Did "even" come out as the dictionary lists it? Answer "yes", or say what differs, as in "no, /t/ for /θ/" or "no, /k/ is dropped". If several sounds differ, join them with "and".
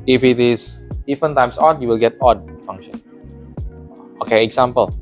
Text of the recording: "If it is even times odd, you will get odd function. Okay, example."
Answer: no, /f/ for /v/